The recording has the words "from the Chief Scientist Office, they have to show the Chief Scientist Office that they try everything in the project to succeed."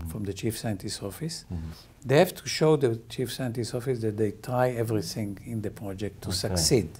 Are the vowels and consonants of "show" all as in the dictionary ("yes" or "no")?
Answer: yes